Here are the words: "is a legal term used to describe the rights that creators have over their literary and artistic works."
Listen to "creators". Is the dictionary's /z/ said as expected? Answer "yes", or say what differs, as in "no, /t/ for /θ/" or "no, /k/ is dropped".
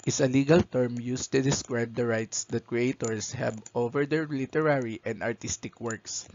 no, /s/ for /z/